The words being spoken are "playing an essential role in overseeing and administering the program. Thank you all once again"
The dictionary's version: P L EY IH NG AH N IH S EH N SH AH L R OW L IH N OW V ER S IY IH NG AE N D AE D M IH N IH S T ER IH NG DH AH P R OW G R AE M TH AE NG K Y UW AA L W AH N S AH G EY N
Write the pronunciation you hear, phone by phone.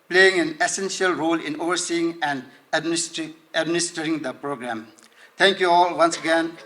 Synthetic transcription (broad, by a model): P L EY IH NG AH N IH S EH N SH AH L R OW L IH N OW V ER S IY IH NG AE N D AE D M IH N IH S T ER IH NG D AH P R OW G R AE M T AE NG K Y UW AA L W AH N S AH G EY N